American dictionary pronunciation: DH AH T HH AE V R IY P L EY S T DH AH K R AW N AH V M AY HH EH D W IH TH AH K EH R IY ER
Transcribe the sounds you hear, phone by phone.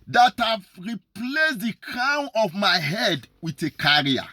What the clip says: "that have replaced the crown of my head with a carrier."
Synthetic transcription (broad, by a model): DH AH T HH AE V R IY P L EY S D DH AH K AW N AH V M AY HH EH D W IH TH AH K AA R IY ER